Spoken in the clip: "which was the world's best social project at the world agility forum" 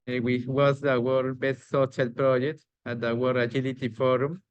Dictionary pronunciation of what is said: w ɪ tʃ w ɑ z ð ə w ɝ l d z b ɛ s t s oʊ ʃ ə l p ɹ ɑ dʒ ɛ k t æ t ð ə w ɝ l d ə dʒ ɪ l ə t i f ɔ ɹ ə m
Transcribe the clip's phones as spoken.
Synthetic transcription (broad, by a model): w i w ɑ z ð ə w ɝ d b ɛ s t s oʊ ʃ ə l p ɹ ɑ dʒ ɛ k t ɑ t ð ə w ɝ d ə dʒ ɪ l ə t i f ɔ ɹ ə m